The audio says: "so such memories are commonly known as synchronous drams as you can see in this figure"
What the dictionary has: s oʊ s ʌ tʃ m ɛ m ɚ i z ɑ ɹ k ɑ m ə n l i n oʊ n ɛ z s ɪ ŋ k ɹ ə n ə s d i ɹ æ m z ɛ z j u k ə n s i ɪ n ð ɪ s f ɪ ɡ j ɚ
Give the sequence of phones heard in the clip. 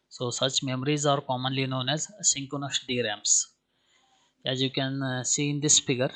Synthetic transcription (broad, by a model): s oʊ s ʌ tʃ m ɛ m ɚ i z ɑ ɹ k ɑ m ə n l i n oʊ n ɛ z s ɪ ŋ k ə n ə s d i ɹ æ m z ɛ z j u k ə n s i ɪ n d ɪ s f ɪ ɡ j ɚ